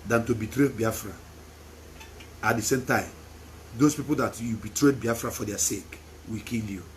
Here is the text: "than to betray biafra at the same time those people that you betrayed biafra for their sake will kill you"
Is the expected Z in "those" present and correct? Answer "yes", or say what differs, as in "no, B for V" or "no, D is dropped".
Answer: no, S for Z